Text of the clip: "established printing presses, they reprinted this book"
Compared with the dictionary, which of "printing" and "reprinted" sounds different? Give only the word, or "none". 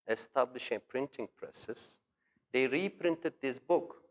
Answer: none